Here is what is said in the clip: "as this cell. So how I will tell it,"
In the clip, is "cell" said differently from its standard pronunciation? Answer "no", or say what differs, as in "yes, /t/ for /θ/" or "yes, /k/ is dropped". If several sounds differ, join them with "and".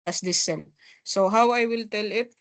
yes, /n/ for /l/